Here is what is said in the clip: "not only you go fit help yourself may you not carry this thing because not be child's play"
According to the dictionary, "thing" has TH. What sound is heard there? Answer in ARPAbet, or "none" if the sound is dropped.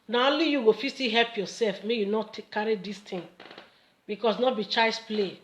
T